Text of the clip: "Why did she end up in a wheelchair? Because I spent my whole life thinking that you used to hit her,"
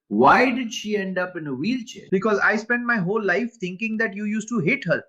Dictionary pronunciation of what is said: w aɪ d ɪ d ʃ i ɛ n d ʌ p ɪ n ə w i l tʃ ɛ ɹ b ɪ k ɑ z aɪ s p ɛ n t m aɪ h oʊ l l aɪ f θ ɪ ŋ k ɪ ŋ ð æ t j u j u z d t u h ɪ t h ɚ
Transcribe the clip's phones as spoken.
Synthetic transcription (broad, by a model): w aɪ d ɪ d ʃ i ɛ n d ʌ p ɪ n ə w i l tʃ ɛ b ɪ k ɑ z aɪ s p ɛ n t m aɪ h oʊ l l aɪ f t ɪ ŋ k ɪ ŋ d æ t j u j u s t u h ɪ t h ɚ